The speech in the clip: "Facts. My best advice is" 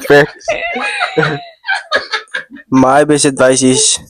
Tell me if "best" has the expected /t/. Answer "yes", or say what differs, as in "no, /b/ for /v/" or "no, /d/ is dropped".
no, /t/ is dropped